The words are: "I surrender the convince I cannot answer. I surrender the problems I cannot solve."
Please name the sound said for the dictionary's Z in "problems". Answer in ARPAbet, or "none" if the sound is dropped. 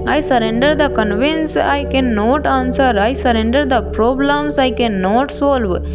S